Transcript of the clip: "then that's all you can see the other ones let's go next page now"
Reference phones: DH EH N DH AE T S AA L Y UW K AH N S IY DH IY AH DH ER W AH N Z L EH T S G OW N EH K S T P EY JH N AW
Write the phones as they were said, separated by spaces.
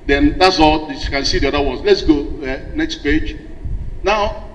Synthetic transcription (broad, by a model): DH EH N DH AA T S AA L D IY K AH N S IY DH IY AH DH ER W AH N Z L EH T S G OW N EH K S T P EY JH N AW